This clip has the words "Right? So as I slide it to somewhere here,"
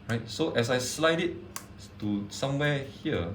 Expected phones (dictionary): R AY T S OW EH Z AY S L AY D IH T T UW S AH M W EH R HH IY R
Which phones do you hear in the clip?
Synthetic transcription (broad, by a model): R AY T S OW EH S AY S L AY D IH T T UW S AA M W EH HH IY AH